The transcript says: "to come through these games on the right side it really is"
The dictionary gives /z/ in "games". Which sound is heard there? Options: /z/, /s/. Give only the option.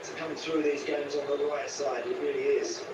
/z/